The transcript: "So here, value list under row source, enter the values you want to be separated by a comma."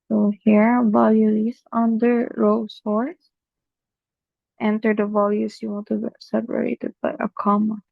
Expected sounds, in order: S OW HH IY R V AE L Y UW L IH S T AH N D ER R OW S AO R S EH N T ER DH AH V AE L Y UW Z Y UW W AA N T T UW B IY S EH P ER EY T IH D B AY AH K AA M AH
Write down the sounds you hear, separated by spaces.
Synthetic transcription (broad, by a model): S OW HH IY R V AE L Y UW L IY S AH N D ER R OW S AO R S EH N T ER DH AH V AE L Y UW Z Y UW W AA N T T UW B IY S EH P ER EY T IH D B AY AH K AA M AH